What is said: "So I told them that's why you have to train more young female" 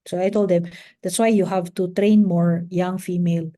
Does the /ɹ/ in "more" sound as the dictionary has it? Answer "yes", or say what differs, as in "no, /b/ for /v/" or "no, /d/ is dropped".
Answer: yes